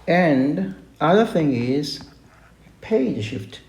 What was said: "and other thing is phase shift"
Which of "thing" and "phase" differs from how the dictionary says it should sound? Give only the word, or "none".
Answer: phase